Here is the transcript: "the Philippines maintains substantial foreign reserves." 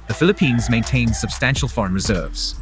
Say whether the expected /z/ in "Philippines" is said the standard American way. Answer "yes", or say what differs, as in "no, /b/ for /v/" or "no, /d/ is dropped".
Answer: yes